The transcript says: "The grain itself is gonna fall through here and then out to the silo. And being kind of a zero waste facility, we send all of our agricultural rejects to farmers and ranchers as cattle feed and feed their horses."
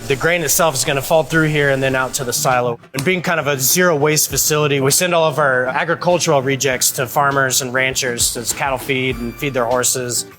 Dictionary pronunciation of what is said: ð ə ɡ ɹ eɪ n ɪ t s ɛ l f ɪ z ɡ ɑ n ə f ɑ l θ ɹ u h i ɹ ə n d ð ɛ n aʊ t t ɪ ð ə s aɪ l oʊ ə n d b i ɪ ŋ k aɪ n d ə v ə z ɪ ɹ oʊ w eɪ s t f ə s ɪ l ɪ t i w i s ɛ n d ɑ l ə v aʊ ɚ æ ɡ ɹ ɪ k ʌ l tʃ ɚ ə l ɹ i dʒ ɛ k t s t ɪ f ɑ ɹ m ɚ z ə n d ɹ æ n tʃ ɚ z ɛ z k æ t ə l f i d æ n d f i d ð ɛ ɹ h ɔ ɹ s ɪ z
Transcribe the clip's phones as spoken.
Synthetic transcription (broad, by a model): ð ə ɡ ɹ eɪ n ɪ t s ɛ l f ɪ z ɡ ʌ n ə f ɑ l θ ɹ u h i ɹ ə n ð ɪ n aʊ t t ɪ ð ə s aɪ l oʊ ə n b i ɪ ŋ k aɪ n d ə v ə z ɪ ɹ oʊ w eɪ s t f ə s ɪ l ɪ t i w i s ɛ n d ɑ l ə v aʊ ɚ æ ɡ ɹ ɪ k ʌ l tʃ ɚ l ɹ i dʒ ɛ k t s t ɪ f ɑ ɹ m ɚ z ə n ɹ æ n tʃ ɚ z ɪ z k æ t l f i d n f i d ð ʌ ɹ h ɔ ɹ s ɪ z